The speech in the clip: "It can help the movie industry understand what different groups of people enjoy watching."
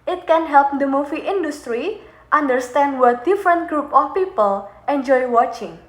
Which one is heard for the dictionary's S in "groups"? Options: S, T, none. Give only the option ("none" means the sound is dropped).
none